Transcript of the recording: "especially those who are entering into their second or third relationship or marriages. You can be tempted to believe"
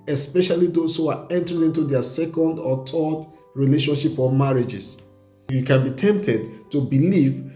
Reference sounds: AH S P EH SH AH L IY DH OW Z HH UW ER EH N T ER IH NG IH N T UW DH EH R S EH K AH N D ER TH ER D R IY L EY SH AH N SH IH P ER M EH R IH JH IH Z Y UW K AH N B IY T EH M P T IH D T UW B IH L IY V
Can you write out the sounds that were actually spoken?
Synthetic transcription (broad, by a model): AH S P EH SH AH L IY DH OW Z HH UW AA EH N T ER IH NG IH N T UW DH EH S EH K AH N D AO T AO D R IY L EY SH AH N SH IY P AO M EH R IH JH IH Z Y UW K AH N B IY T EH M P T IH D T UW B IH L IY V